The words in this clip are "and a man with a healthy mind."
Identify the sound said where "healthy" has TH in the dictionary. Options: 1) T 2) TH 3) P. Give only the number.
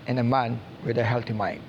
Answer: 1